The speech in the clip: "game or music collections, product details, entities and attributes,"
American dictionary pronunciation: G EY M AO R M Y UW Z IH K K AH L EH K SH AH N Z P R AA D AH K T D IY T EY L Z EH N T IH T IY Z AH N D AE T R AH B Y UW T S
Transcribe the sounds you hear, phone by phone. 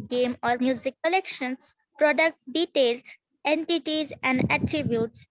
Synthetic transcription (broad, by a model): G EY M AO R M Y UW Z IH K K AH L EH K SH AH N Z P R AA D AH K T D IY T EY L S EH N T IH T IY Z AH N D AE T R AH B Y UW T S